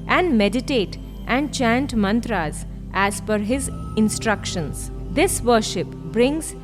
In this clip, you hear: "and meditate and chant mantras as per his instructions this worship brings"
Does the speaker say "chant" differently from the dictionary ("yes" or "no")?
no